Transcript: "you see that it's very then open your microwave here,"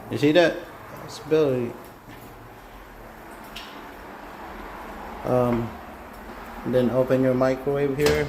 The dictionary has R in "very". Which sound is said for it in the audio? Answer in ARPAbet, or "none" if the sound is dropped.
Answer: L